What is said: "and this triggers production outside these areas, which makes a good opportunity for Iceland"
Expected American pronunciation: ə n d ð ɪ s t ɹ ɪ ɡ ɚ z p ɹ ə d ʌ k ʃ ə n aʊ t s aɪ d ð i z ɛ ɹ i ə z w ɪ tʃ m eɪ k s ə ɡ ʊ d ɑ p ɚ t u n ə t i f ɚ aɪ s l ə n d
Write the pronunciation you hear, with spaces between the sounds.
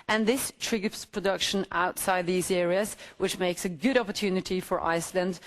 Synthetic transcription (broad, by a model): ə n ð ɪ s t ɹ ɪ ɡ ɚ s p ɹ ə d ʌ k ʃ ə n aʊ t s aɪ d ð i z ɛ ɹ i ə z w ɪ tʃ m eɪ k s ə ɡ ʊ d ɑ p ɚ t u n ə t i f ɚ aɪ s l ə n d